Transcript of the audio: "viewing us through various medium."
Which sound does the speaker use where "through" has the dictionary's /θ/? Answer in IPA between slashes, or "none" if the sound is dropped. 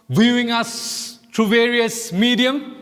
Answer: /t/